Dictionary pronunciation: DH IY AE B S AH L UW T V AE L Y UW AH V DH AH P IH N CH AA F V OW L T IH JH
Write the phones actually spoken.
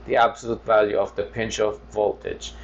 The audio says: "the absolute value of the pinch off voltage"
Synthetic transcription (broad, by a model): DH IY AE B S AH L UW T V AE L Y UW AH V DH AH P IH N CH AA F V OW L T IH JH